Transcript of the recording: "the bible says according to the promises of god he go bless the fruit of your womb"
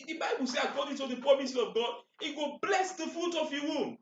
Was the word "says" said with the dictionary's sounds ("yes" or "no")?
no